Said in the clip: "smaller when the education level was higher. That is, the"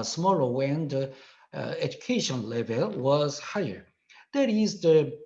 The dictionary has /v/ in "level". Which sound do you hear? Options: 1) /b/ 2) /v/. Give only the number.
2